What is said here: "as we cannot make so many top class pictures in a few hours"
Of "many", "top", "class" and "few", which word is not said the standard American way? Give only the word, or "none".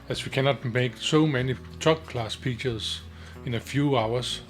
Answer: top